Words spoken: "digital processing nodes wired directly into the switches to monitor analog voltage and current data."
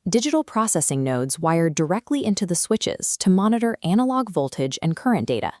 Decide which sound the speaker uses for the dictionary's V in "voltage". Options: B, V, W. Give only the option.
V